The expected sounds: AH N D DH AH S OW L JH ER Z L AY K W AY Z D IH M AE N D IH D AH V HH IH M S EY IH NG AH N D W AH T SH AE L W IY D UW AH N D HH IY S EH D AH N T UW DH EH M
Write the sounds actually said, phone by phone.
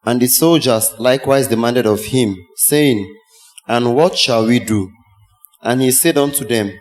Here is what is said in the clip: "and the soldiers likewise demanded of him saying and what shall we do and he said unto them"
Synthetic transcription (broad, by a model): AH N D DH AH S OW L JH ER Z L AY K W AY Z D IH M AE N D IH D AH V HH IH M S EY IH NG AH N W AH T SH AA L W IY D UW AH N HH IY S EH D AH N T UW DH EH M